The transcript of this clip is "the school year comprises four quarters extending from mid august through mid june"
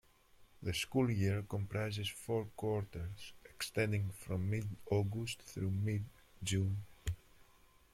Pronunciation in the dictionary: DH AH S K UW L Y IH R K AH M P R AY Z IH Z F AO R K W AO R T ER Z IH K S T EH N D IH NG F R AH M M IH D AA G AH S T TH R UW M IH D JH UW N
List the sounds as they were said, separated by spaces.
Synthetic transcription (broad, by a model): DH AH S K UW L Y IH R K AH M P R AY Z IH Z F AO R K W AO R T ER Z IH K S T EH N D IH NG F R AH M M IH D AA G AH S T TH R UW M IH D JH UW N